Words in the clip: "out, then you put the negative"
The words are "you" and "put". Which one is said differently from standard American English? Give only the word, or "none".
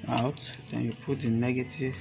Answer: none